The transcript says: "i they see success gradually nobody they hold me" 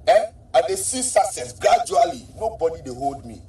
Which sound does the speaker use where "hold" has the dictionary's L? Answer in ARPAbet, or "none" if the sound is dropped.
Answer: L